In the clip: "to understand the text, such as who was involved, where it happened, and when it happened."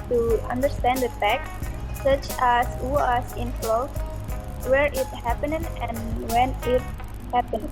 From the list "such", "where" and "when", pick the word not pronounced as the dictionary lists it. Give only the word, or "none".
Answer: none